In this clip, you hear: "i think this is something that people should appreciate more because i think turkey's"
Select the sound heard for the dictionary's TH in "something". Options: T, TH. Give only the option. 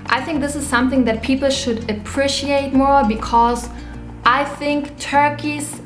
TH